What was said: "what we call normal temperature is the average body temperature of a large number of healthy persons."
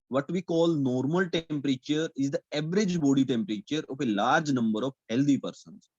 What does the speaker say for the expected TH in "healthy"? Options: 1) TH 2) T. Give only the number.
2